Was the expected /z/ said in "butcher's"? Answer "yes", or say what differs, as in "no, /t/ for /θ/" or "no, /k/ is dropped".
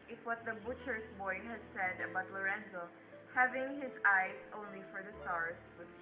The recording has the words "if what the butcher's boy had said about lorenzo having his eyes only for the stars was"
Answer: no, /s/ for /z/